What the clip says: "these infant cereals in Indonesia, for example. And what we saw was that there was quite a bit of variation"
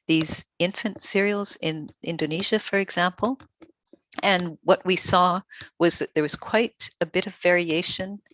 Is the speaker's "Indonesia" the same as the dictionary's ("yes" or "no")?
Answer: yes